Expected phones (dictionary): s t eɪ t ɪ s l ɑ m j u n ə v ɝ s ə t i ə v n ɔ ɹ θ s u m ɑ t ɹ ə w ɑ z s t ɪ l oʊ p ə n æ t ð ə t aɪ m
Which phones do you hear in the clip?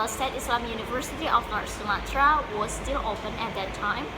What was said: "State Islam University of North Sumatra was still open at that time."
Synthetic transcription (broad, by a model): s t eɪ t ɪ s l ɑ m j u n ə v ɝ s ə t i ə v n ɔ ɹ t s u m ɑ t ɹ ə w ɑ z s t ɪ l oʊ p ə n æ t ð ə t aɪ m